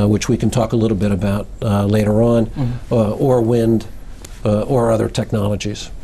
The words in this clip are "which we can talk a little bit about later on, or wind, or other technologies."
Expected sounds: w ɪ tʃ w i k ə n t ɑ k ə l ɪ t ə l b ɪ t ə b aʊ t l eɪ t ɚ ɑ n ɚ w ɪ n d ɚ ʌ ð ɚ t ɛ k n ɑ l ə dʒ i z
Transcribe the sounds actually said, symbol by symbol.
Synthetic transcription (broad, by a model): w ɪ tʃ w i k n t ɑ k ə l ɪ t l b ɪ t ə b aʊ t l eɪ t ɚ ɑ n ɚ w ɪ n d ɚ ʌ ð ɚ t ɛ k n ɑ l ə dʒ i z